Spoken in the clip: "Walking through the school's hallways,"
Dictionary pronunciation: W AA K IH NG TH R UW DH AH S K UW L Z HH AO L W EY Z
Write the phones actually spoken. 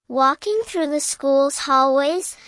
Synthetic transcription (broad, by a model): W AA K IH NG TH R UW DH AH S K UW L Z HH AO L W EY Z